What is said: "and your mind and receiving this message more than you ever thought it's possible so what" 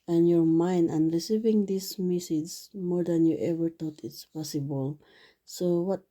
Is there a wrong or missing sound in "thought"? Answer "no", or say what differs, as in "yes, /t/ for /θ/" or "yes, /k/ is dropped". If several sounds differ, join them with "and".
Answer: yes, /t/ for /θ/